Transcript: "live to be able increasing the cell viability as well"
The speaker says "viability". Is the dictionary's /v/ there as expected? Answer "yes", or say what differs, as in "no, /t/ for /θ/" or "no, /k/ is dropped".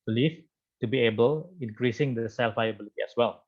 no, /f/ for /v/